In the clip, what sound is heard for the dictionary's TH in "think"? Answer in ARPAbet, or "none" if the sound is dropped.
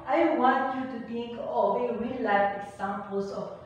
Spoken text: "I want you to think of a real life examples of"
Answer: T